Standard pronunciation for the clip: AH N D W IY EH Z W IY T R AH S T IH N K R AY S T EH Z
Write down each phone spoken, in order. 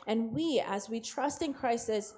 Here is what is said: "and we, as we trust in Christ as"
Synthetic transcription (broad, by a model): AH N W IY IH Z W IY T R AH S T IH N K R AY S IH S